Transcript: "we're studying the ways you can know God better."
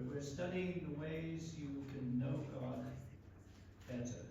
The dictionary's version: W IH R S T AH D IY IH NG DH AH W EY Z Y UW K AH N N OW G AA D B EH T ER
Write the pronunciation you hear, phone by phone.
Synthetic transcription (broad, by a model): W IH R S T AH D IY IH NG DH AH W EY Z Y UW K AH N N OW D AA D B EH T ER